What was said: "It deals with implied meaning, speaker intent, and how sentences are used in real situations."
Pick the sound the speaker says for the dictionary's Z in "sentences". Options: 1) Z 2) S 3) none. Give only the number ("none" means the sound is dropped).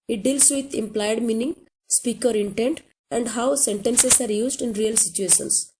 2